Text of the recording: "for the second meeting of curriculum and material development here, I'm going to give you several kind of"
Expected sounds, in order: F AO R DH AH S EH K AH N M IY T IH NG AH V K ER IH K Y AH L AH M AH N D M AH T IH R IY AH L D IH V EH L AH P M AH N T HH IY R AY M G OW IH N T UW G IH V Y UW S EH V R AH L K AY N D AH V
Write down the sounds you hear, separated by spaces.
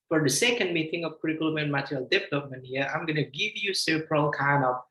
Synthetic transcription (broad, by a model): F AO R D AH S EH K AH N M IY T IH NG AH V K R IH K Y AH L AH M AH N M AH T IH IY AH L D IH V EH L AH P M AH N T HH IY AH AY M G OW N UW G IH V Y UW S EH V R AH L K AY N AH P